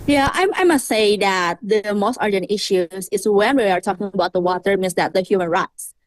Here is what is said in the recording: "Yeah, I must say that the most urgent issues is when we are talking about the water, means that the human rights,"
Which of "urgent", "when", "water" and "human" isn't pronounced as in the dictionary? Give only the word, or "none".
none